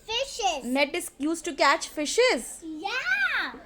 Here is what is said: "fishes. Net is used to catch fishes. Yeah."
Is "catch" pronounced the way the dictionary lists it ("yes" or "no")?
yes